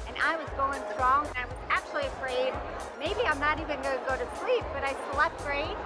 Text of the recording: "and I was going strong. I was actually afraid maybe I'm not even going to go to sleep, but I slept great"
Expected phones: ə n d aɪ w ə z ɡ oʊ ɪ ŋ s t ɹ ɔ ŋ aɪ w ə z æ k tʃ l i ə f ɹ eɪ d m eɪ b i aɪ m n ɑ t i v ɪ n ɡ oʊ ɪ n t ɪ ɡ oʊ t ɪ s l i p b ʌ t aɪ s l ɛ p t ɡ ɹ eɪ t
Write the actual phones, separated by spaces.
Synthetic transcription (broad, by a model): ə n aɪ w ə z ɡ oʊ ɪ ŋ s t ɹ ɔ ŋ aɪ w ə z æ k tʃ l i ə f ɹ eɪ d m eɪ b i aɪ m n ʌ t i v ɪ n ɡ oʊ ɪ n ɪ ɡ oʊ t ɪ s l i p b ʌ t aɪ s l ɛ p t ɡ ɹ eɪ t